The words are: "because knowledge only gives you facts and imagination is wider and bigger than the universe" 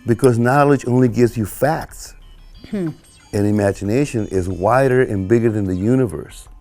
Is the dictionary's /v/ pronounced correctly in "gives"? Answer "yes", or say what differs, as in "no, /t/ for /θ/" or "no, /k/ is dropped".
yes